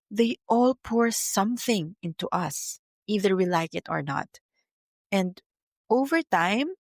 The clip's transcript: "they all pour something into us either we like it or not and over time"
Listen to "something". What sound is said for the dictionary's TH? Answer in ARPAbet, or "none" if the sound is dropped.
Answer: TH